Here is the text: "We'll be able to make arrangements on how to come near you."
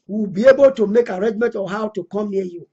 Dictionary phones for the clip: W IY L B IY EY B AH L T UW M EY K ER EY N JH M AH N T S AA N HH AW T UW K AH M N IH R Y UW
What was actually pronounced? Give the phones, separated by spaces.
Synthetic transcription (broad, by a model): W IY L B IY EY B AH L T UW M EY K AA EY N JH M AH N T AA HH AW T UW K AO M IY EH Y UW